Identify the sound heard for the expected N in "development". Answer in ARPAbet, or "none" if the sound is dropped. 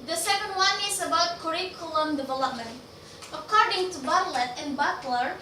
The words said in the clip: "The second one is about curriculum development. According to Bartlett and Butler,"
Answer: N